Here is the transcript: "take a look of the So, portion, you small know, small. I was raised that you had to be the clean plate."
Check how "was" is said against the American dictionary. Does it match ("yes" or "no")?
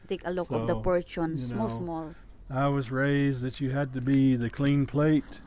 yes